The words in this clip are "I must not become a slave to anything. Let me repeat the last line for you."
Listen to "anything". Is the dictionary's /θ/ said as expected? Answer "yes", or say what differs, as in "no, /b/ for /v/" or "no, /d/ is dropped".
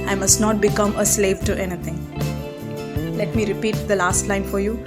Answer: no, /t/ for /θ/